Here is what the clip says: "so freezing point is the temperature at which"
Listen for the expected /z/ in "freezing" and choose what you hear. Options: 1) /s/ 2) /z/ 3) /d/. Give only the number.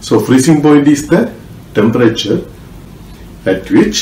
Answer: 1